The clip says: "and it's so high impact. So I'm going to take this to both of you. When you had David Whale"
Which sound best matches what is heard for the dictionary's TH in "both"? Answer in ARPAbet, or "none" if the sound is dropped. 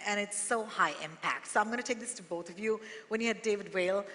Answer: TH